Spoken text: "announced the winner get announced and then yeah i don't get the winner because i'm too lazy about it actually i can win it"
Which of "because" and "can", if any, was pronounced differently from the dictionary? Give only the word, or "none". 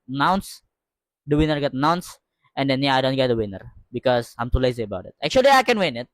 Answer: because